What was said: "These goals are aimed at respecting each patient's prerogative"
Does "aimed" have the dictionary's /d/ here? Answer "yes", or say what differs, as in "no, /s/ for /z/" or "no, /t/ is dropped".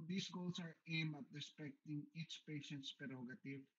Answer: no, /d/ is dropped